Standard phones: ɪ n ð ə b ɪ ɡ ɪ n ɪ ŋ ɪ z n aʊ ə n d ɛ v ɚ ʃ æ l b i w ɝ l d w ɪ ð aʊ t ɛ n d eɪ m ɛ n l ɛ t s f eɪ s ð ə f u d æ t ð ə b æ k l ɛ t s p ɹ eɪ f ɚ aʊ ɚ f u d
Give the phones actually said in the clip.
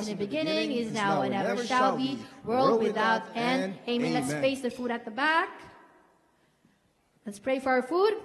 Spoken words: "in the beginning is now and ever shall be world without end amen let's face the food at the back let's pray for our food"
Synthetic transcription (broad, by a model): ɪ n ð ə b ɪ ɡ ɪ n ɪ ŋ ɪ z n aʊ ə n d ɛ v ɚ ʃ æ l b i w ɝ l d w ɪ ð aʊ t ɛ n eɪ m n l ɛ t s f eɪ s ð ə f u d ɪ t ð ə b æ k l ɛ t s p ɹ eɪ f ɚ aʊ ɚ f u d